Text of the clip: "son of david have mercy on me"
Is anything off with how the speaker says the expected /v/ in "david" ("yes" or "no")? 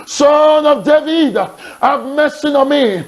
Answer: no